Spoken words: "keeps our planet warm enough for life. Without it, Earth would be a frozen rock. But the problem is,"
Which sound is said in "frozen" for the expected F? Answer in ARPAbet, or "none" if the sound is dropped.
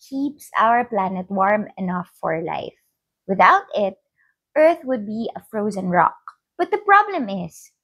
F